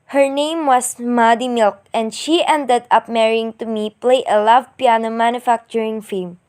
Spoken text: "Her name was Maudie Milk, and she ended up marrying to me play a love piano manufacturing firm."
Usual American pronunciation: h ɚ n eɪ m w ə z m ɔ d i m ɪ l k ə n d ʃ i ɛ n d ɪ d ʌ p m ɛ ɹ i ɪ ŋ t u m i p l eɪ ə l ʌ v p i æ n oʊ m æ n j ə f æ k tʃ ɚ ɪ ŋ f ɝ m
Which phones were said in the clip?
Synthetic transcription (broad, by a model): h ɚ n eɪ m w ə s m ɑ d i m ɪ l k ə n d ʃ i ɛ n d ɪ d ʌ p m ɛ ɹ i ɪ ŋ t u m i p l eɪ ə l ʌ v p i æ n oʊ m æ n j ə f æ k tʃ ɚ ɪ ŋ f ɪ m